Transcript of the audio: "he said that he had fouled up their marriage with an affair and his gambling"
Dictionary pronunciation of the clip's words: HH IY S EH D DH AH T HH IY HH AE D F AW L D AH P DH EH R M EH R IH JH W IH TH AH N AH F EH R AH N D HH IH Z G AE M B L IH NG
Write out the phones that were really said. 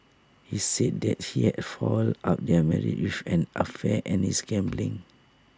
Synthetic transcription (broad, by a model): HH IY S EH D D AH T HH IY HH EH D F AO L AA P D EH M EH R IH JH W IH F AH N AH F EH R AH N HH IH S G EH M B L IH NG